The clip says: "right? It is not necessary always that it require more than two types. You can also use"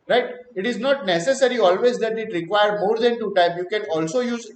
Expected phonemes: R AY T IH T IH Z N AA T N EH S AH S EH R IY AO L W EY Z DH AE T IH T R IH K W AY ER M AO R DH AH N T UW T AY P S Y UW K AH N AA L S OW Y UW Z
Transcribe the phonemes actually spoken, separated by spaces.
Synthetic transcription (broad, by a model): R AY T IH T IH Z N AA T N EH S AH S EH R IY AO L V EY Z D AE T IH T R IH K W AY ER M AO R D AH N T UW T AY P Y UW K AH N AA L S OW Y UW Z